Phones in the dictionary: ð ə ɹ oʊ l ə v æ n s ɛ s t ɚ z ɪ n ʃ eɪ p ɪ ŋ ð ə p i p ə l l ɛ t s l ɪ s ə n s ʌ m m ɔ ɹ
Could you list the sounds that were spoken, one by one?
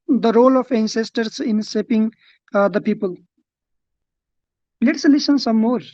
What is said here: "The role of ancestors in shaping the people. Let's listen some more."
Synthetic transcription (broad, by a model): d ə ɹ oʊ l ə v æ n s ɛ s t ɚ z ɪ n s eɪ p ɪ ŋ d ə p i p ə l l ɛ t s l ɪ s ə n s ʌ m m ɔ ɹ